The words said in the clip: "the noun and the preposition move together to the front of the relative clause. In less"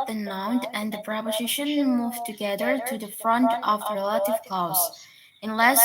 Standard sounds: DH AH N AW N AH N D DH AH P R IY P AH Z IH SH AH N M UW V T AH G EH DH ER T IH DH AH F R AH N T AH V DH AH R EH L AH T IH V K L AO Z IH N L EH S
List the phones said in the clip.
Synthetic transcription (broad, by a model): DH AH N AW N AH N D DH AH P R IY P AH Z IH SH AH N M UW V T AH G EH DH ER T IH DH AH F R AH N T AH V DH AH R EH L AH T IH V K AO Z IH N L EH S